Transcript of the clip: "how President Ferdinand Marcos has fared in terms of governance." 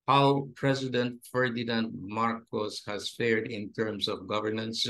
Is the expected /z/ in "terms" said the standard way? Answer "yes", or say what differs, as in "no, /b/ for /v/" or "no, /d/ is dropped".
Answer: no, /s/ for /z/